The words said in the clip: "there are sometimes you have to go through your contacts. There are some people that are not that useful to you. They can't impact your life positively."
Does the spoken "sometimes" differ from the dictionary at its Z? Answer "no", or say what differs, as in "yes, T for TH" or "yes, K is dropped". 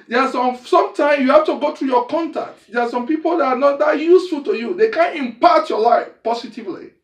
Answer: yes, Z is dropped